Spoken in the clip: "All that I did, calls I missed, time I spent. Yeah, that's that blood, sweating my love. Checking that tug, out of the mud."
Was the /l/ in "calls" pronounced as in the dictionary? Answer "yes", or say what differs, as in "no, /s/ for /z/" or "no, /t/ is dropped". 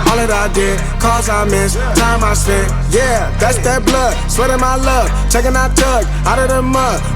no, /l/ is dropped